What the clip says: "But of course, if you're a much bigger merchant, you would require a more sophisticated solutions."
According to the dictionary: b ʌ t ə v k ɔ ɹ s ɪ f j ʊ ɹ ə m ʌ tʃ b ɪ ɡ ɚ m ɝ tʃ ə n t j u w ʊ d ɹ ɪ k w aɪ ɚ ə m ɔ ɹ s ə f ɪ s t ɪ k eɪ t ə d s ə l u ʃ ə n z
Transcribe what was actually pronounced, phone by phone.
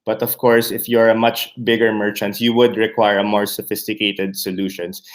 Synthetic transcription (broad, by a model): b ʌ t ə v k ɔ ɹ s ɪ f j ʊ ɹ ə m ʌ tʃ b ɪ ɡ ɚ m ɝ tʃ ə n t j u w ʊ d ɹ ɪ k w aɪ ɚ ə m ɔ ɹ s ə f ɪ s t ɪ k eɪ t ə d s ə l u ʃ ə n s